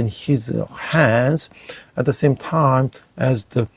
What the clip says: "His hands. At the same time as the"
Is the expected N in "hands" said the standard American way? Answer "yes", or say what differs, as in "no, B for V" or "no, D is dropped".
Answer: yes